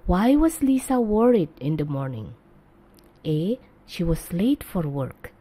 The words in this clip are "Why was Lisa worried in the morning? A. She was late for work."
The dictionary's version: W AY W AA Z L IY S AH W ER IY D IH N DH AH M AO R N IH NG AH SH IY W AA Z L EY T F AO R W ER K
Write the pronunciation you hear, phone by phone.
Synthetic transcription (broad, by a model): W AY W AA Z L IY S AH W ER IY D IH N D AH M AO R N IH NG AH SH IY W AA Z L EY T F AO R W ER K